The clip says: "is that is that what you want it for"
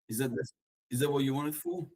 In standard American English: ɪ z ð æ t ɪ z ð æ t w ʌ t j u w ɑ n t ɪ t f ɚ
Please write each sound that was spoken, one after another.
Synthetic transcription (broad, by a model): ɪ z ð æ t ɪ z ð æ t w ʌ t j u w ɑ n ɪ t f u